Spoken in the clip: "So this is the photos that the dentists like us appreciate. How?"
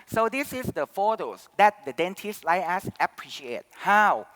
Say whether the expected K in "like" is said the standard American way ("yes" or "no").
no